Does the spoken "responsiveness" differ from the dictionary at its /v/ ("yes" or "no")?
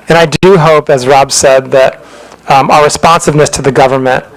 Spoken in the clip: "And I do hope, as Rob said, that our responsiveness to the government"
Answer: no